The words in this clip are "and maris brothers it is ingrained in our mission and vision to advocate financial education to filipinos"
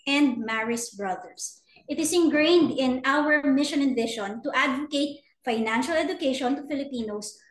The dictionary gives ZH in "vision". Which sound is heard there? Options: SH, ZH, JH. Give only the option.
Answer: SH